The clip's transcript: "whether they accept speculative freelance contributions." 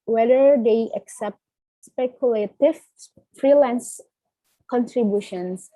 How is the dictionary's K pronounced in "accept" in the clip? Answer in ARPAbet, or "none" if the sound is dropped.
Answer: K